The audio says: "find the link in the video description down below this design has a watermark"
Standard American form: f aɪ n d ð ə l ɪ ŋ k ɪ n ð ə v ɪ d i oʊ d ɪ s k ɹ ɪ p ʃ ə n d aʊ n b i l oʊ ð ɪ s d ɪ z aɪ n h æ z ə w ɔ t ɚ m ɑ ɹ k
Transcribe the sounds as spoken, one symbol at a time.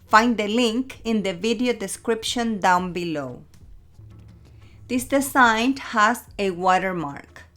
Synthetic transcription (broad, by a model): f aɪ n d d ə l ɪ ŋ k ɪ n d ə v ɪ d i oʊ d ɪ s k ɹ ɪ p ʃ ə n d aʊ n b i l oʊ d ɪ s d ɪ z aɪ n h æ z ə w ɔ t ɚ m ɑ ɹ k